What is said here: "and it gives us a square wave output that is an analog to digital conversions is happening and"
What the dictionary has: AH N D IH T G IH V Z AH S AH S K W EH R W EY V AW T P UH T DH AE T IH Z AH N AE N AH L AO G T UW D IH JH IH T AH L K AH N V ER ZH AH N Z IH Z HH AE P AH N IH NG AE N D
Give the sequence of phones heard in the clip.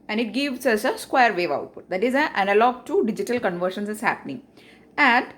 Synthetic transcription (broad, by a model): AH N D IH T G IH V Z AH S AH S K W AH R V EY V AW T P UH T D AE T IH Z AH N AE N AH L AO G T UW D IH JH IH T AH L K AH N V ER SH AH N S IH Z HH AE P AH N IH NG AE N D